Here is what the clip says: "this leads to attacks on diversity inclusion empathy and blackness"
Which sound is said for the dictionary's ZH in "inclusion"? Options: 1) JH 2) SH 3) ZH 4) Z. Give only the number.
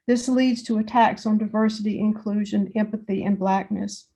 3